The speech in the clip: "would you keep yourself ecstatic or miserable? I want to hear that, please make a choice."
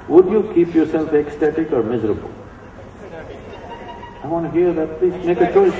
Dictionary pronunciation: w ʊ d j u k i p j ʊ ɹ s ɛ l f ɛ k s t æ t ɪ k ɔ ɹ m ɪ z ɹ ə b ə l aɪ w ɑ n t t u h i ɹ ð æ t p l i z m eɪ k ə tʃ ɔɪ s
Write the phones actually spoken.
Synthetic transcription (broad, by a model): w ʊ d j u k i p j ʊ ɹ s ɛ l f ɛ k s t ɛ t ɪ k ɔ ɹ m ɪ z ɹ ə b ə l aɪ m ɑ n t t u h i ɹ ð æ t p l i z m eɪ k ə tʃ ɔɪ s